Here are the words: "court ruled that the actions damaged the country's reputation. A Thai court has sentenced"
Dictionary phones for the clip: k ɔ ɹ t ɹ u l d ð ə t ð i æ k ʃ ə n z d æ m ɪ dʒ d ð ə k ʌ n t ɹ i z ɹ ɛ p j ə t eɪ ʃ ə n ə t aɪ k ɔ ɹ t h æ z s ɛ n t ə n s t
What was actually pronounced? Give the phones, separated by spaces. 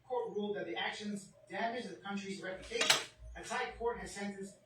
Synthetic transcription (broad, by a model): k ɔ ɹ t ɹ u l d ð ə t ð i æ k ʃ ə n z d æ m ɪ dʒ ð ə k ʌ n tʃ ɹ i z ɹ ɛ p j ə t eɪ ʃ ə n ə s aɪ k ɔ ɹ t h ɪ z s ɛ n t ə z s